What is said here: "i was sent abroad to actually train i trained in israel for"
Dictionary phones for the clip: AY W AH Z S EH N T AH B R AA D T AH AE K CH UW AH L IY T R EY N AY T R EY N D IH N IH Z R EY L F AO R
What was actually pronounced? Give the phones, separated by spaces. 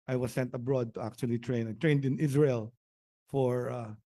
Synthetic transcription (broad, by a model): AY W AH S EH N T AH B R AA D T AH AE K CH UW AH L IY T R EY N AY T R EY N D IH N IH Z R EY L F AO R